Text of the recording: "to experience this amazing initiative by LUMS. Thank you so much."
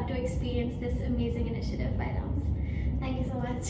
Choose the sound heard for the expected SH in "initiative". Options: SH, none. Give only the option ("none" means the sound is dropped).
SH